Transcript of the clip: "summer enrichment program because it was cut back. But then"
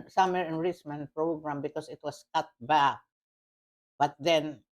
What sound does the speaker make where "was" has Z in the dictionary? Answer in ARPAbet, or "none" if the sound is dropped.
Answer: S